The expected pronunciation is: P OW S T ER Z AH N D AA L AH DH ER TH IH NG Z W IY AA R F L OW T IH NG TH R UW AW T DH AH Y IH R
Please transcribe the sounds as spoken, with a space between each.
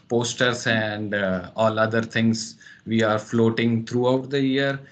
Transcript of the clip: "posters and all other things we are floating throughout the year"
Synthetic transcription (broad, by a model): P OW S T ER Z AH N D AA L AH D ER T IH NG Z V IY AA R F L OW T IH NG T R UW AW T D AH Y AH R